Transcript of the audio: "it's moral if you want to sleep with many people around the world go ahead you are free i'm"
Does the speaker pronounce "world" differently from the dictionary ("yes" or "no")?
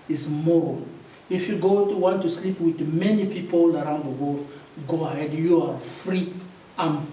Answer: yes